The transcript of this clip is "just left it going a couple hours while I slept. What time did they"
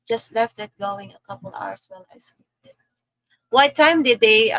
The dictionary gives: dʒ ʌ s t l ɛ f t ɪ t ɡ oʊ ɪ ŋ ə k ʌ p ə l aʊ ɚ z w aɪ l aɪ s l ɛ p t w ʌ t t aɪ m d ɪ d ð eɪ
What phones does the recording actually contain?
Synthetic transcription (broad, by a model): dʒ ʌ s t l ɛ f t ɪ t ɡ oʊ ɪ ŋ ə k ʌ p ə l aʊ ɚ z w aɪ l aɪ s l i t w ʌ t t aɪ m d ɪ d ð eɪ